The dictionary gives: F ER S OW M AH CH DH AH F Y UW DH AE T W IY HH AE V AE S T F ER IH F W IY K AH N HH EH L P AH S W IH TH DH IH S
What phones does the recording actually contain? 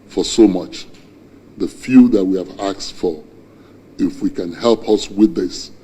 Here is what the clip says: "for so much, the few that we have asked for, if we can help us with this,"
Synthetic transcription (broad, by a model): F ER S OW M AH CH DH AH F Y UW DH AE T W IY HH AE V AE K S F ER IH F W IY K AH N HH EH L P AH S W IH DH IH S